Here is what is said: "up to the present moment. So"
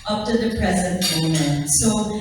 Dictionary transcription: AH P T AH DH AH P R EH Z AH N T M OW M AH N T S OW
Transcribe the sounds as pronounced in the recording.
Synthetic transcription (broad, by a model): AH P T AH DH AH P R EH Z AH N T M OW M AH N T S OW